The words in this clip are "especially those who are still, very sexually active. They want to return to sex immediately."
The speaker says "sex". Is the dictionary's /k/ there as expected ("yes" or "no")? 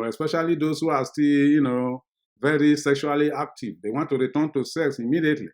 yes